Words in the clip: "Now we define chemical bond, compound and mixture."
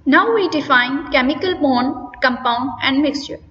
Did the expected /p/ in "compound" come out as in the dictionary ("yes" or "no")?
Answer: yes